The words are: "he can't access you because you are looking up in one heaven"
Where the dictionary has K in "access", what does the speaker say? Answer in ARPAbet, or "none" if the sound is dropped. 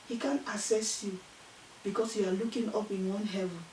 none